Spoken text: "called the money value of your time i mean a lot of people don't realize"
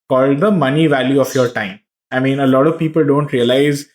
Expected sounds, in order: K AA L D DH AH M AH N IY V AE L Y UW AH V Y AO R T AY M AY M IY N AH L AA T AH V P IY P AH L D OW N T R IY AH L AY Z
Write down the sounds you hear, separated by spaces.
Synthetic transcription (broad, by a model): K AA L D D AH M AH N IY V AE L Y UW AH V Y AO R T AY M AY M IY N AH L AA T AH V P IY P AH L D OW N T R IY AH L AY Z